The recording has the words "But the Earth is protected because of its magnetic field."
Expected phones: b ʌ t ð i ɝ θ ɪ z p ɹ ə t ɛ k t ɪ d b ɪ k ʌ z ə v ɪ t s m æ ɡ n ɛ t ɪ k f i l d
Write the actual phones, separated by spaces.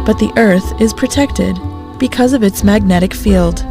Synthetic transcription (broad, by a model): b ʌ t ð i ɝ θ ɪ z p ɹ ə t ɛ k t ɪ d b ɪ k ʌ z ə v ɪ t s m æ ɡ n ɛ t ɪ k f i l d